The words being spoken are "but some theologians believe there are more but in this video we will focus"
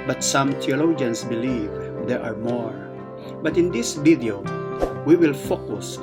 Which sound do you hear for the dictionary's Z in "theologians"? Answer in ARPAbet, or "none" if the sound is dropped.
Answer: S